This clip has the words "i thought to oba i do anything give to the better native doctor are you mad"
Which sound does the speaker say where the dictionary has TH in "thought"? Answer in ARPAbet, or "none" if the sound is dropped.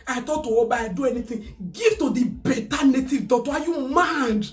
T